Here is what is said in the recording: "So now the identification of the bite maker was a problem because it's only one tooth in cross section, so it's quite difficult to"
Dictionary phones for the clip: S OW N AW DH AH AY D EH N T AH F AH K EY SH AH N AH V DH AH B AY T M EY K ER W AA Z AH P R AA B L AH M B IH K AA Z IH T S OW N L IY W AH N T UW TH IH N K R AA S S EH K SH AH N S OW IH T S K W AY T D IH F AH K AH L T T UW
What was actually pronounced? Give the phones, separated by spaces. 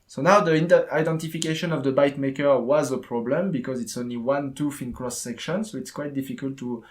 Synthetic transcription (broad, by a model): S OW N AW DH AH AY D EH N T AH F AH K EY SH AH N AH V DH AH B AY T M EY K ER W AA Z AH P R AA B L AH M B IH K AA Z IH T S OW N L IY W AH N T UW F IH N K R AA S S EH K SH AH N S OW IH T S K W AY T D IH F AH K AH L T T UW